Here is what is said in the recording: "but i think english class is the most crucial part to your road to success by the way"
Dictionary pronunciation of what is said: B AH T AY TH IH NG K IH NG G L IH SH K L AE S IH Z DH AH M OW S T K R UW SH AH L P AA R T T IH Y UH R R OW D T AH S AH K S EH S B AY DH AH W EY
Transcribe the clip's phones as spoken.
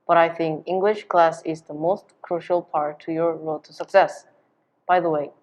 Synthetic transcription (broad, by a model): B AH T AY TH IH NG K IH NG G L IH SH K L AE S IH Z DH AH M OW S T K R UW SH AH L P AA R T T IH Y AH R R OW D T AH S AH K S EH S B AY DH AH W EY